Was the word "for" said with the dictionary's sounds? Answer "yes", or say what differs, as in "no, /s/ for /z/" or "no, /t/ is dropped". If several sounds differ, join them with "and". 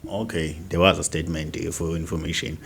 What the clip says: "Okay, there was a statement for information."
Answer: no, /l/ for /ɹ/